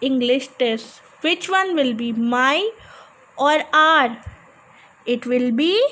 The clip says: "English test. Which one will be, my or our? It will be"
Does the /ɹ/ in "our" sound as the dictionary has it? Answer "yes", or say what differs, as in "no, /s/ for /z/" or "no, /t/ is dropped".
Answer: yes